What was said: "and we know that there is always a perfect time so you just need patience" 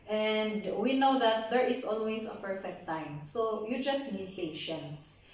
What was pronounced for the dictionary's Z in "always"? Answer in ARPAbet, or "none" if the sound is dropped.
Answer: S